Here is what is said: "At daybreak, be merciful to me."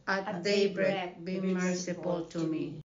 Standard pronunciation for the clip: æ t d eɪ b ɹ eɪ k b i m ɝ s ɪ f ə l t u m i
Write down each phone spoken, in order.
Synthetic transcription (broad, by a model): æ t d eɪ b ɹ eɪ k b i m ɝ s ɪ p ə l t u m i